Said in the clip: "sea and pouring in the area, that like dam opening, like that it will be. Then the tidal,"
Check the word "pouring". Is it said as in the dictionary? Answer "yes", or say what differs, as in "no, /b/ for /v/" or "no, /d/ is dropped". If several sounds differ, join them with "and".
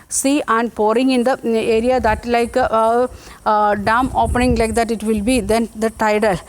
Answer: yes